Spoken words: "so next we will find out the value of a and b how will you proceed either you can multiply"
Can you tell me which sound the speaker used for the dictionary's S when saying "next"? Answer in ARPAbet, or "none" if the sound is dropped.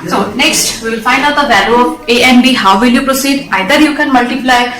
S